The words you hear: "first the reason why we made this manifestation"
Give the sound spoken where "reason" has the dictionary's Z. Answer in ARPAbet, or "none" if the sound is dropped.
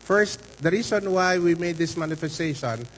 S